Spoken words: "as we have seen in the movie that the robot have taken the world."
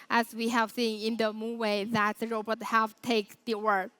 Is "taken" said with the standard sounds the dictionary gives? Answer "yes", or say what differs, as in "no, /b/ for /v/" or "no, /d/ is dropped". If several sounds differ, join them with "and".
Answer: no, /k/ is dropped